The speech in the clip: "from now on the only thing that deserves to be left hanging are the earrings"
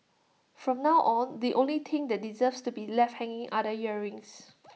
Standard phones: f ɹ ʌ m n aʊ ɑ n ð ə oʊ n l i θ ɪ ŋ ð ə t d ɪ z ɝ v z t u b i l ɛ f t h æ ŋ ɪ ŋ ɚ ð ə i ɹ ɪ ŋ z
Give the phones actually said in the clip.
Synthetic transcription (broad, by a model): f ɹ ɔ m n aʊ ɑ n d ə oʊ n l i t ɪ ŋ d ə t d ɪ z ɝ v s t u b i l ɛ f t h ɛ ŋ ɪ ŋ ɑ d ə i ɹ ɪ ŋ s